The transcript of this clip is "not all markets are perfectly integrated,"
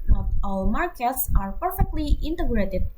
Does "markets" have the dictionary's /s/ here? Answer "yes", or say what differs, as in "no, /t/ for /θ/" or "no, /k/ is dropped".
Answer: yes